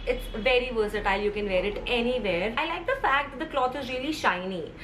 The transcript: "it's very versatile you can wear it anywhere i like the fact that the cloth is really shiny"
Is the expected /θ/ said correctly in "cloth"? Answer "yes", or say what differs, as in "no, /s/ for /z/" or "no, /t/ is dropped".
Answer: no, /t/ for /θ/